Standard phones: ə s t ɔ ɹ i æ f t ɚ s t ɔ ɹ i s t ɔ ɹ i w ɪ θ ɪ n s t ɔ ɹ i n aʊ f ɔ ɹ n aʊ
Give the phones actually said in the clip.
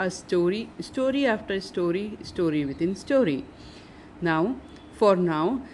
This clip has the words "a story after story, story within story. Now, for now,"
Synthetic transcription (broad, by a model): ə s t ɔ ɹ i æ f t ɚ s t ɔ ɹ i s t ɔ ɹ i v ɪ t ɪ n s t ɔ ɹ i n aʊ f ɔ ɹ n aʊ